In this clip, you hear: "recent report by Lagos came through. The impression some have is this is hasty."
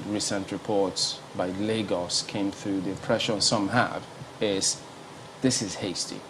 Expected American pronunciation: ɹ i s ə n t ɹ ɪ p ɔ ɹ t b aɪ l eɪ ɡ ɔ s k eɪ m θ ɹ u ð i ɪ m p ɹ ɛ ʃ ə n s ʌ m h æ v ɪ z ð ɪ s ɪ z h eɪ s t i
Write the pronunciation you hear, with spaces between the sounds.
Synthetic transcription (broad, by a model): ɹ i s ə n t ɹ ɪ p ɔ ɹ t b aɪ l eɪ ɡ ɔ s k eɪ m θ ɹ u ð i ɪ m p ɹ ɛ ʃ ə n s ʌ m h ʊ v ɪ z ð ɪ s ɪ z h eɪ s t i